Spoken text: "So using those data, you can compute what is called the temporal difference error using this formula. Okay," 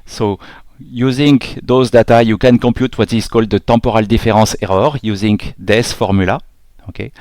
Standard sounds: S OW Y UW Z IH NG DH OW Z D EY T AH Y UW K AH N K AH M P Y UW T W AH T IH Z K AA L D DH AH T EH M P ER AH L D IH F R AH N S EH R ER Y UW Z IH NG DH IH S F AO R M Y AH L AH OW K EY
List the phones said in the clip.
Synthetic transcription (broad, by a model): S OW Y UW Z IH NG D OW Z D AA T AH Y UW K AH N K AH P Y UW T W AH T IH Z K AA L D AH T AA P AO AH L D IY F R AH S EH R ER Y UW Z IH NG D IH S F AO R M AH L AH OW K EY